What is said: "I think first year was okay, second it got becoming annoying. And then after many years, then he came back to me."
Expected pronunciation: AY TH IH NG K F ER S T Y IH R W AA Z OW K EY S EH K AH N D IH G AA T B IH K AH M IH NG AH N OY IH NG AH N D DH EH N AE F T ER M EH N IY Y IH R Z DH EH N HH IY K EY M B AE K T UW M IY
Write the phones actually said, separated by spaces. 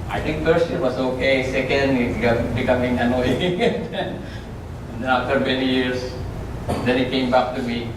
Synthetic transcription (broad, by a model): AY T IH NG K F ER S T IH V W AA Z OW K EY S EH K AH N D IH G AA B IH K AH M IH NG AH N OY IH NG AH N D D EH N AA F T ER M EH N IY Y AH R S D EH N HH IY K EY M B AE K T UW M IY